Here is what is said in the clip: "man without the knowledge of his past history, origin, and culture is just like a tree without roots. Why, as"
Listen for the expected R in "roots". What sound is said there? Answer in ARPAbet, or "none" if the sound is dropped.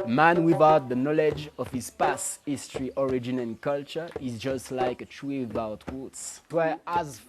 W